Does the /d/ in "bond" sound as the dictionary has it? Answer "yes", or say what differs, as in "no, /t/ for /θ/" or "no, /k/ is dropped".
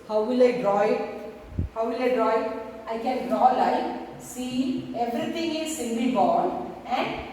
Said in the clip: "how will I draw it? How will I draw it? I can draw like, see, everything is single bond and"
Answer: no, /d/ is dropped